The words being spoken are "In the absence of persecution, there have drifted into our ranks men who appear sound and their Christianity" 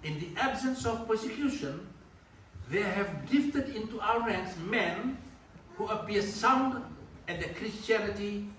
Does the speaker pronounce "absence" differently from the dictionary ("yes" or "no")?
no